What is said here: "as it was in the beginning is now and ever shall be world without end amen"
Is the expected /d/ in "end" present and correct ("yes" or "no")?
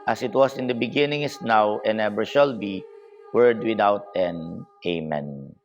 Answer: no